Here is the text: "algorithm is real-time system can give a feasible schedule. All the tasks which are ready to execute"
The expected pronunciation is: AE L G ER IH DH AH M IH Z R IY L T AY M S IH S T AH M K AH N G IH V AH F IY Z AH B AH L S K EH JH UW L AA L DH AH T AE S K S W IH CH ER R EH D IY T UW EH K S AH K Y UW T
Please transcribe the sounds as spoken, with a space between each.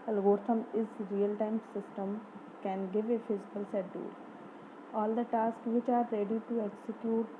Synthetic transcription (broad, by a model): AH L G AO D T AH M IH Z R IY L T AY M S IH S T AH M K AH N G IH V AH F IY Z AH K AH L S EH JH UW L AA L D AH T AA S K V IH CH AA R EH D IY T UW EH K S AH K Y UW T